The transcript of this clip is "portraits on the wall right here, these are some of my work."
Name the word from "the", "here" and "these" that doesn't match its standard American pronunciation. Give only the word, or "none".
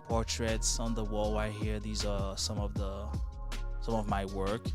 none